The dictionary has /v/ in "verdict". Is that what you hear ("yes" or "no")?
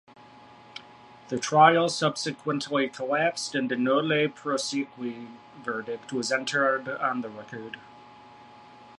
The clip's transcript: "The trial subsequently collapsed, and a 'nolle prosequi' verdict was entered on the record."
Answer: yes